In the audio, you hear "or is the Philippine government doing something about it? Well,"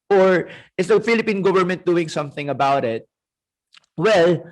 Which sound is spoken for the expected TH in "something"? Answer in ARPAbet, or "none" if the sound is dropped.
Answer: TH